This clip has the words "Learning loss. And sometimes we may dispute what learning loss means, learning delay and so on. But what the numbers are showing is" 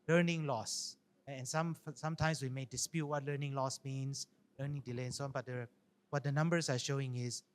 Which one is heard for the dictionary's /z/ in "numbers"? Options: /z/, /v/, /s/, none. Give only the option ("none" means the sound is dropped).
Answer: /s/